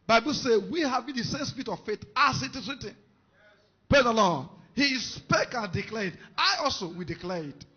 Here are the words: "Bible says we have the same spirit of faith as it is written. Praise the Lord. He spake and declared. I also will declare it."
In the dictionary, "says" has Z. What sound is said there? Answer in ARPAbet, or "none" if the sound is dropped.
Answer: none